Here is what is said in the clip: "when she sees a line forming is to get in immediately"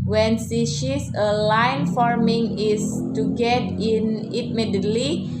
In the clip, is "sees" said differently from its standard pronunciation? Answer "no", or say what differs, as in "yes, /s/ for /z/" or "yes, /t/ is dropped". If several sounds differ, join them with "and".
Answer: yes, /ʃ/ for /s/ and /s/ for /z/